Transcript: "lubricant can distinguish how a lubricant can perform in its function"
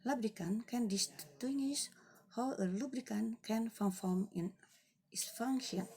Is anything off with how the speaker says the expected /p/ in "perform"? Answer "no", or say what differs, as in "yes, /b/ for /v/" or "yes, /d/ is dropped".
yes, /f/ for /p/